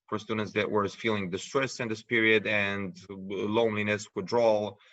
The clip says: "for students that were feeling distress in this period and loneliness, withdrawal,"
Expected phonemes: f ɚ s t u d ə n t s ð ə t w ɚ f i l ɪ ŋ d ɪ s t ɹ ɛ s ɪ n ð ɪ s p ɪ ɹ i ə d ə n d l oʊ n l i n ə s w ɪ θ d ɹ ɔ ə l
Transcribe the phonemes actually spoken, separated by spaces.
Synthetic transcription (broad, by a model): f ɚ s t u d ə n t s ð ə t w ɚ f i l ɪ ŋ d ɪ s t ɹ ɛ s ɪ n ð ɪ s p ɪ ɹ i ə d ə n d l oʊ n l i n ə s w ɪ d ɹ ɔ l